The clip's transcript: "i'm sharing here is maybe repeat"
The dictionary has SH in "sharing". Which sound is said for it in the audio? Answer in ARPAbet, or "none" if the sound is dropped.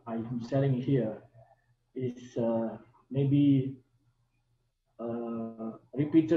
S